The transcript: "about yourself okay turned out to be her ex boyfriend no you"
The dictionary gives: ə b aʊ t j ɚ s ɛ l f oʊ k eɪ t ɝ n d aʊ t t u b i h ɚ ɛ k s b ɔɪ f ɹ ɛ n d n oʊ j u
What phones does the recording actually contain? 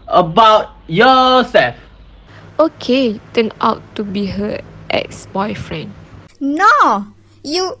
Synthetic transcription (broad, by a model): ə b aʊ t j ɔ s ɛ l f oʊ k eɪ t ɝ n aʊ t t u b i h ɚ ɛ k s b ɔɪ f ɹ ɛ n d n oʊ j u